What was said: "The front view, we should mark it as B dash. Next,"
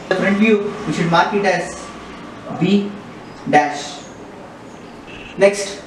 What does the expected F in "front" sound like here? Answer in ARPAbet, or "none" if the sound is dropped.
P